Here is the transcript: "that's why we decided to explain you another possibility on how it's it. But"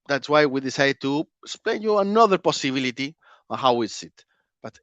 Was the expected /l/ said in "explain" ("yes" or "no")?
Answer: no